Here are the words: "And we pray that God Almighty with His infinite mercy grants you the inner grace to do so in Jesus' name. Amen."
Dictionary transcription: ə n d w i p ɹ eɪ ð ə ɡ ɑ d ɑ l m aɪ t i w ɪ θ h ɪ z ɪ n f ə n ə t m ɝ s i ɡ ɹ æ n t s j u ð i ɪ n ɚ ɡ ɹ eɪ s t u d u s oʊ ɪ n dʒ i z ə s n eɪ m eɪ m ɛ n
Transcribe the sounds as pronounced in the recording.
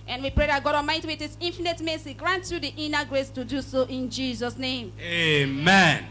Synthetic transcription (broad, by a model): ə n w i p ɹ eɪ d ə ɡ ɑ d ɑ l m aɪ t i w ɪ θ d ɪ s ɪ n f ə n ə t m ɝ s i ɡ ɹ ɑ n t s j u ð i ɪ n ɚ ɡ ɹ eɪ s t u d u s oʊ ɪ n dʒ i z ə s n eɪ m eɪ m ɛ n